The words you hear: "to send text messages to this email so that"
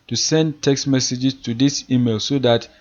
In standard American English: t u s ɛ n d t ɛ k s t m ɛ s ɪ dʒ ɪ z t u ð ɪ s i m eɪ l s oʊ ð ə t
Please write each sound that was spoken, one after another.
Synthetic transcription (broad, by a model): t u s ɛ n d t ɛ k s t m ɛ s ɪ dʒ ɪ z t u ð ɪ s i m eɪ l s oʊ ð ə t